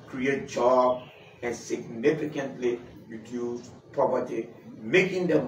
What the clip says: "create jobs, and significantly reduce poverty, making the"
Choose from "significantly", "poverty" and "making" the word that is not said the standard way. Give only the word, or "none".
poverty